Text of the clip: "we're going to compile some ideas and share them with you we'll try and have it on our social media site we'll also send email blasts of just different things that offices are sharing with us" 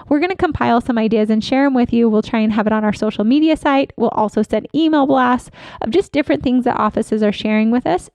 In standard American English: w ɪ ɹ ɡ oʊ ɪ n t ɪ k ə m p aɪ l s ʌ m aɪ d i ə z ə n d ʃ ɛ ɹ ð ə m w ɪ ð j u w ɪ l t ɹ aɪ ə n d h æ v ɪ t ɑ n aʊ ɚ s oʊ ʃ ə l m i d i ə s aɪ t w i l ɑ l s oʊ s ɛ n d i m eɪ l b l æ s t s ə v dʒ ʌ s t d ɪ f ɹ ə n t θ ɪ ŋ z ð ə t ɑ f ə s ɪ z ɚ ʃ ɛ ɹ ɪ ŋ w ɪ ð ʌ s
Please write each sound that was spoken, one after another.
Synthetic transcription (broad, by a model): w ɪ ɹ ɡ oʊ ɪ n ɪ k ə m p aɪ l s ʌ m aɪ d i ə z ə n ʃ ɛ ɹ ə m w ɪ ð j u w ɪ l t ɹ aɪ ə n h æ v ɪ t n aʊ ɚ s oʊ ʃ l m i d i ə s aɪ t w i l ɑ l s oʊ s ɛ n d i m eɪ l b l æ s t ə v dʒ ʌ s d ɪ f ɹ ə n θ ɪ ŋ z ð ə t ɑ f ə s ɪ z ɚ ʃ ɛ ɹ ɪ ŋ w ɪ ð ʌ s